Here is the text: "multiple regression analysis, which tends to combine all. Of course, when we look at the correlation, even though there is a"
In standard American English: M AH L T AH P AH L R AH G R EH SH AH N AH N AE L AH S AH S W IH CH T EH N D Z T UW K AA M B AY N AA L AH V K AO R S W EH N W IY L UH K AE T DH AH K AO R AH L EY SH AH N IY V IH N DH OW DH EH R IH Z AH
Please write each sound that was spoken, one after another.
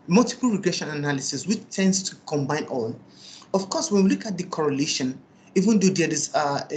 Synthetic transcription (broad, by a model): M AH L T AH P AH L R AH G R EH SH AH N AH N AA L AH S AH S W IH CH T EH N D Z T UW K AA M B AY N AA L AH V K AO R S W EH N W IY L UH K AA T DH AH K AO R AH L EY SH AH N IY V IH N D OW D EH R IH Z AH